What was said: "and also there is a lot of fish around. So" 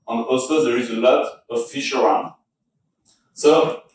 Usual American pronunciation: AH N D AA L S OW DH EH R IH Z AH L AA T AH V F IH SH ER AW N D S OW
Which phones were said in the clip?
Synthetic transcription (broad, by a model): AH N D AA L S OW DH EH R IH Z AH L AA T AH V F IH SH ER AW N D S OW